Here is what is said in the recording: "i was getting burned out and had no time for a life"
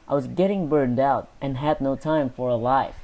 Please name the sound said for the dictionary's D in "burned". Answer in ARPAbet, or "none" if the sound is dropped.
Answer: D